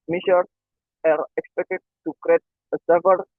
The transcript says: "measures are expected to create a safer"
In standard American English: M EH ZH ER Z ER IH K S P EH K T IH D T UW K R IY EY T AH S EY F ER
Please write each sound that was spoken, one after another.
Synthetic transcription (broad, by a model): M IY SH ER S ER IH K S P EH K T IH D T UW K R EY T AH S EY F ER